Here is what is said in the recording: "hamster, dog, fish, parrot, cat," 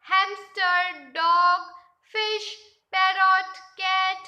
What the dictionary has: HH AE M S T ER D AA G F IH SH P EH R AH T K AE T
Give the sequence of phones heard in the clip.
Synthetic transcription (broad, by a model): HH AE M S T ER D AA G F IH SH P EH R AH T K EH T